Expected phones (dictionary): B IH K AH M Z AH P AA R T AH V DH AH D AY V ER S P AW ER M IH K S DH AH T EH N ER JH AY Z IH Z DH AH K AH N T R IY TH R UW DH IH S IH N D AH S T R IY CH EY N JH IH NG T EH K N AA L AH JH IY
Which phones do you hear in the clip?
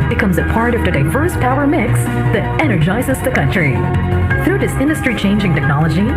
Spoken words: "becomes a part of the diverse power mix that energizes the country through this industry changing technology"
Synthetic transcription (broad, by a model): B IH K AH M Z AH P AA R T AH V DH AH D AY V ER S P AW ER M IH K S DH AH T EH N ER JH AY Z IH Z DH AH K AH N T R IY TH R UW DH IH S IH N D AH S T R IY CH EY N JH IH NG T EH K N AA L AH JH IY